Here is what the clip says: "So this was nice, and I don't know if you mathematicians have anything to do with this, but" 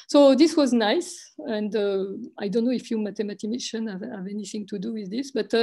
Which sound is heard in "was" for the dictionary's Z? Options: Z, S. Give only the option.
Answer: Z